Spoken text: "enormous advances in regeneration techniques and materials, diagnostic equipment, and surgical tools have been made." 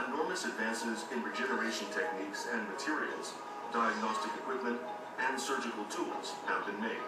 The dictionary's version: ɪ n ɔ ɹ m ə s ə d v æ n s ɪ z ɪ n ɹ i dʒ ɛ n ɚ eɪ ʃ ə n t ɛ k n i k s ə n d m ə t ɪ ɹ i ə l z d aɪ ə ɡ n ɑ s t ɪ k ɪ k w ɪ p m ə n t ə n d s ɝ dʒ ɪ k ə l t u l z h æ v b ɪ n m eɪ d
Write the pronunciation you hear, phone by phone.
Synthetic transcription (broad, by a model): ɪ n ɔ ɹ m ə s ə d v æ n s ɪ z ɪ n ɹ i dʒ ɛ n ɚ eɪ ʃ ə n t ɛ k n i k s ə n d m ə t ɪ ɹ i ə l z d aɪ ə ɡ n ɑ s t ɪ k ɪ k w ɪ p m ə n t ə n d s ɝ dʒ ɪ k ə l t u l z h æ v b ɪ n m eɪ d